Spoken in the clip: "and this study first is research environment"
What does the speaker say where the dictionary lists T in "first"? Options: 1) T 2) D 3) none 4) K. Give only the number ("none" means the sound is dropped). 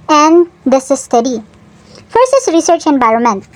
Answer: 3